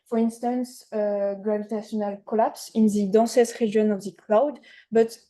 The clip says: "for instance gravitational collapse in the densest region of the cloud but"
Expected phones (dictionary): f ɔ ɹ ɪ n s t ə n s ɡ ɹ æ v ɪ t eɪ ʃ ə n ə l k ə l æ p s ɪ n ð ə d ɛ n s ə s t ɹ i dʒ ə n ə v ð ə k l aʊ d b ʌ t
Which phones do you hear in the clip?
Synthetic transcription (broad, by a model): f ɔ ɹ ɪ n s t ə n s ɡ ɹ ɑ v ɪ t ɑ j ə n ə l k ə l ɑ p s ɪ n ð ə d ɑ s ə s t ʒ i ə n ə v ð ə k l aʊ d b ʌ t